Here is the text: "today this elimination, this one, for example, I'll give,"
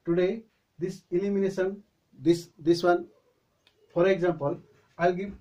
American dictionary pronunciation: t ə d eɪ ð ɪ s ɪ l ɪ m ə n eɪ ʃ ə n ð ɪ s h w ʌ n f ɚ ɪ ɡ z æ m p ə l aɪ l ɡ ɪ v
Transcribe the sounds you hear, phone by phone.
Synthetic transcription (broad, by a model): t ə d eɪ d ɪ s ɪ l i m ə n eɪ s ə n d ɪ s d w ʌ n p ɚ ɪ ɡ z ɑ m p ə l aɪ l ɡ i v